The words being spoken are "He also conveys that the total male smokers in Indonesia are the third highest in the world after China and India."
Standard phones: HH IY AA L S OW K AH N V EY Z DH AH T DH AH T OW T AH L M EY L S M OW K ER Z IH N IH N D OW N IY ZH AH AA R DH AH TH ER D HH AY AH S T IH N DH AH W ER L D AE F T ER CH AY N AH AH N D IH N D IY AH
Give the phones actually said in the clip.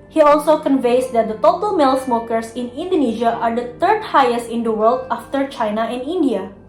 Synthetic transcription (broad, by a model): HH IY AA L S OW K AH N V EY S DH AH T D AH T OW T AH L M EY L S M OW K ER S IH N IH N D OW N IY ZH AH AA R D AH T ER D HH AY AH S T IH N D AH W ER L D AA F T ER CH AY N AH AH N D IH N D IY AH